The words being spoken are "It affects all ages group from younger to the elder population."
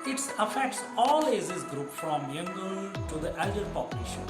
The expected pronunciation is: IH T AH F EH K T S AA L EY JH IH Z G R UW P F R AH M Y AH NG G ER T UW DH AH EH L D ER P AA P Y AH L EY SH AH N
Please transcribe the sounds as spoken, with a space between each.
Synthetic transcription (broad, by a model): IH T AH F EH K T S AA L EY Z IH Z G R UW P F R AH M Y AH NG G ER T UW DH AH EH L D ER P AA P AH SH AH